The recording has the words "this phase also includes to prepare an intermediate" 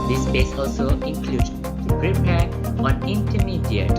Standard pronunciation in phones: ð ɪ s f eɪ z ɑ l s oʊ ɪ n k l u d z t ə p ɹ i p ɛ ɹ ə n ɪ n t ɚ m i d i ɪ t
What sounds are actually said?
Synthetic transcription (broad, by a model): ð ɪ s p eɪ s ɑ l s oʊ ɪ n k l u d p ɹ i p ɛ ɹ ə n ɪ n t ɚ m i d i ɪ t